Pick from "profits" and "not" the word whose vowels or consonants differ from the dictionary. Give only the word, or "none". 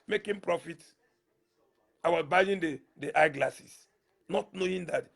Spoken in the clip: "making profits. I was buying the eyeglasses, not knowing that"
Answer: profits